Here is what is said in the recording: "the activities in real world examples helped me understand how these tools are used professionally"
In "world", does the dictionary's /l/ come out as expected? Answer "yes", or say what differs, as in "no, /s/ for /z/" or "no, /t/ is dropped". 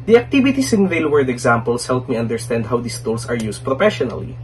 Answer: no, /l/ is dropped